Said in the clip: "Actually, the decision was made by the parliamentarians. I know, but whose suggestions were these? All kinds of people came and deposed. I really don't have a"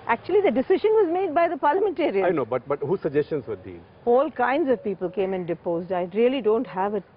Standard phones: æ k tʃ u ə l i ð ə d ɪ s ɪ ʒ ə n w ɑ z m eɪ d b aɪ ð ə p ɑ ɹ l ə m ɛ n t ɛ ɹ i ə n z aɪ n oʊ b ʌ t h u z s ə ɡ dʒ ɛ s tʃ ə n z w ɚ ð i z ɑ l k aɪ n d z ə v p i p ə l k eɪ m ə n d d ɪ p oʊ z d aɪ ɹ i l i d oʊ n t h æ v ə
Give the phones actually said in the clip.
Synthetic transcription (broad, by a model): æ k tʃ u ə l i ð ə d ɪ s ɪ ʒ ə n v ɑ z m eɪ d b aɪ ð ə p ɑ ɹ l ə m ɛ n t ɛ ɹ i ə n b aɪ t b ʌ t h u s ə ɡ dʒ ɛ s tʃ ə n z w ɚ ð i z ɑ l k aɪ n d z ə v p i p ə l k eɪ m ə n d d ɪ p oʊ z d aɪ ɹ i l i d oʊ n t h æ v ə